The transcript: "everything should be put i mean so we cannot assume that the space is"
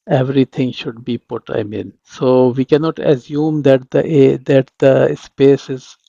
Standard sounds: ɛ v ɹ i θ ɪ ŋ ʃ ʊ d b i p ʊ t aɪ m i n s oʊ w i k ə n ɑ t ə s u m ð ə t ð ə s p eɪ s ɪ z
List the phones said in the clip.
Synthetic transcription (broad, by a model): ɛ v ɹ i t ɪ ŋ ʃ ʊ d b i p ʊ t aɪ m i n s oʊ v i k ə n ɑ t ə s u m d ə t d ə s p eɪ s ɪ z